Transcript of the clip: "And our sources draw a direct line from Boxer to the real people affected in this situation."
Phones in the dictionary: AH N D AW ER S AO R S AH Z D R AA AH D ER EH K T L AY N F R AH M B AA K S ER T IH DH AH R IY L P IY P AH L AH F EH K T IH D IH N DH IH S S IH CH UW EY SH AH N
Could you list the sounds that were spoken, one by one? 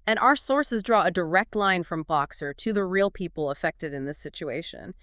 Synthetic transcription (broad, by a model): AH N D AW ER S AO R S AH Z D R AA AH D ER EH K T L AY N F R AH M B AA K S ER T IH DH AH R IY L P IY P L AH F EH K T IH D IH N DH IH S S IH CH UW EY SH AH N